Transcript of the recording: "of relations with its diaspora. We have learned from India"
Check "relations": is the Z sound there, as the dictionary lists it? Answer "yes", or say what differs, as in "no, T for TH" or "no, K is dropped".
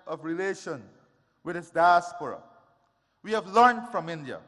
no, Z is dropped